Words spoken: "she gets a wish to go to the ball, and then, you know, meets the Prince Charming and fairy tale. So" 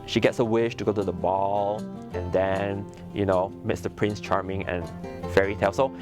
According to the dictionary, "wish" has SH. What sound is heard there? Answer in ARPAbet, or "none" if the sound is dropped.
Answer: SH